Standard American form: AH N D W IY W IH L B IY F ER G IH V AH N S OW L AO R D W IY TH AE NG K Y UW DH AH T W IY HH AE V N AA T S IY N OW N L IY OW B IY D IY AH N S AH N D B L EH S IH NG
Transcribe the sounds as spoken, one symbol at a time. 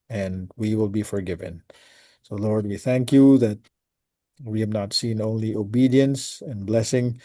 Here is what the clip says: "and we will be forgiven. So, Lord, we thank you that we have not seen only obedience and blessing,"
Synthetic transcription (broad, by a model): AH N W IY W IH L B IY F ER G IH V AH N S OW L AO R D W IY TH AE NG K Y UW DH AH T W IY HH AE V N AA T S IY N OW N L IY OW B IY D IY AH N S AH N B L EH S IH NG